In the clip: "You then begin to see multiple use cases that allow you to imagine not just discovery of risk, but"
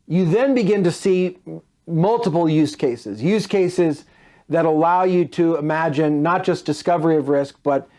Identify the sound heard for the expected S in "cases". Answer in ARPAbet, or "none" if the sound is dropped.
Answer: S